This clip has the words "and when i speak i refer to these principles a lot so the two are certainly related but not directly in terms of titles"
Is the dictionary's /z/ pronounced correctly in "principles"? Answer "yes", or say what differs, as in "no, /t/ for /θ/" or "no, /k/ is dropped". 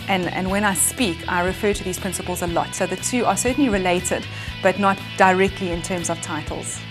yes